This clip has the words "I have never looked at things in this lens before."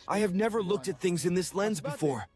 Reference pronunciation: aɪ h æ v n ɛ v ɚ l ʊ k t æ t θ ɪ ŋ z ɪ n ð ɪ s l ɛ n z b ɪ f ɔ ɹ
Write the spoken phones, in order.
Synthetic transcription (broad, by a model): aɪ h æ v n ɛ v ɚ l ʊ k t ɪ t θ ɪ ŋ z ɪ n ð ɪ s l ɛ n z b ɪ f ɔ ɹ